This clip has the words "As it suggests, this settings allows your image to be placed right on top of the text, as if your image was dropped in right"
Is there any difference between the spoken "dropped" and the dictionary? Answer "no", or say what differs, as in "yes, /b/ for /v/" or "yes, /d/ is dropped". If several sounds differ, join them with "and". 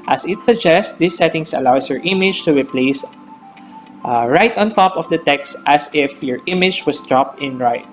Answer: no